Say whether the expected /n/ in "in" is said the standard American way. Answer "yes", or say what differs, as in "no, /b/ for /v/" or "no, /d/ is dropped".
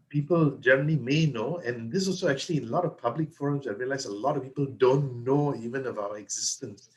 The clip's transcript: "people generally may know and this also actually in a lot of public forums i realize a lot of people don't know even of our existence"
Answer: no, /l/ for /n/